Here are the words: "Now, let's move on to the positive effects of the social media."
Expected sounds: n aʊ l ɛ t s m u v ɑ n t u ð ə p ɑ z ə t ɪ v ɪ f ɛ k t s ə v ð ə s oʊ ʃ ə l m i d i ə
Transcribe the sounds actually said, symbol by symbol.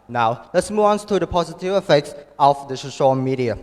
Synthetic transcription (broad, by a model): n aʊ l ɛ t s m u v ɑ n t u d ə p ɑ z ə t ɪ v ɪ f ɛ k t s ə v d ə s oʊ ʃ ə l m i d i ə